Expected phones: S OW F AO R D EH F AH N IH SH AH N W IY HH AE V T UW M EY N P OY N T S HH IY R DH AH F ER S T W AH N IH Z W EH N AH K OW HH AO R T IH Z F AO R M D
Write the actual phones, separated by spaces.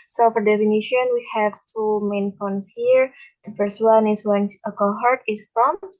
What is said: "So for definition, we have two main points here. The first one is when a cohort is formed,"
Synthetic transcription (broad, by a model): S OW F AO R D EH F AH N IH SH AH N W IY HH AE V T UW M EY N F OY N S HH IY R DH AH F ER S T W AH N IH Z W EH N AH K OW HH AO R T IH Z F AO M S